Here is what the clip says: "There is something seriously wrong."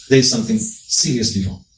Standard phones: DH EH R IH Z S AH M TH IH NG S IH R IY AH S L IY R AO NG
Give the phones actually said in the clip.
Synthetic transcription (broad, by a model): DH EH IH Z S AH M TH IH NG S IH R IY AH S L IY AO